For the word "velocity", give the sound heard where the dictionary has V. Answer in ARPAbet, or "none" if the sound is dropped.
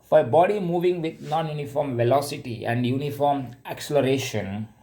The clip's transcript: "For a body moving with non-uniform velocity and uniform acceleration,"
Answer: V